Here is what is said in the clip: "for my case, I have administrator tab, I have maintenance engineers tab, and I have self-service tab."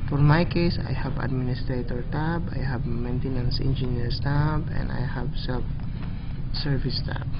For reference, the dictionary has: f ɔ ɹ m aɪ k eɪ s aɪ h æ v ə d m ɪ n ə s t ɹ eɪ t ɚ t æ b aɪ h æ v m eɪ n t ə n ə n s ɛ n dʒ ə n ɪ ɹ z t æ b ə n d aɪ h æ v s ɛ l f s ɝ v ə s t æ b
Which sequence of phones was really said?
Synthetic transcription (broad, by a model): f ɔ ɹ m aɪ k eɪ s aɪ h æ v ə d m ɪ n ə s t ɹ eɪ t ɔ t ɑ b aɪ h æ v m eɪ n t ə n ə n s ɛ n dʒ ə n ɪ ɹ s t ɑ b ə n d aɪ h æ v s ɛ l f s ɝ v ə s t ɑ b